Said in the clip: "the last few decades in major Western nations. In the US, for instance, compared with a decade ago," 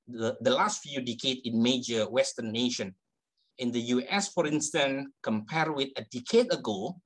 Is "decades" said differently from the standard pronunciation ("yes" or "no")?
yes